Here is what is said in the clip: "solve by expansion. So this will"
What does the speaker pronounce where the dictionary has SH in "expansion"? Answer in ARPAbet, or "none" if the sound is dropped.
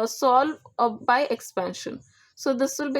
SH